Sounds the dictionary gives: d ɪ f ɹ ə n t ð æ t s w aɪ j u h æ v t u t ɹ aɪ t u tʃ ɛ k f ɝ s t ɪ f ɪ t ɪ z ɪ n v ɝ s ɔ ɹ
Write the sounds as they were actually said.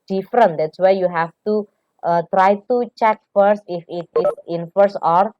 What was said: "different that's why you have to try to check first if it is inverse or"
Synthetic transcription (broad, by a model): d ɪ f ɹ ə n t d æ t s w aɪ j u h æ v t u t ɹ aɪ t u tʃ ɛ k f ɝ s t ɪ f ɪ t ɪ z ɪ n f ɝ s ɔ ɹ